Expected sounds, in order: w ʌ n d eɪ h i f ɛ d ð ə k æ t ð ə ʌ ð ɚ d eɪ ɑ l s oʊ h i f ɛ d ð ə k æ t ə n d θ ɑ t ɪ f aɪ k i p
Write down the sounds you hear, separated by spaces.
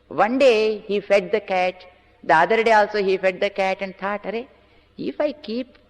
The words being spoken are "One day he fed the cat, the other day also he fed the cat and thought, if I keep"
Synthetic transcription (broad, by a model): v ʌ n d eɪ h i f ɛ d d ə k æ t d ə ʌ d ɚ d eɪ ɑ l s oʊ h i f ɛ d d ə k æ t ə n d t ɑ t ɪ f aɪ k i p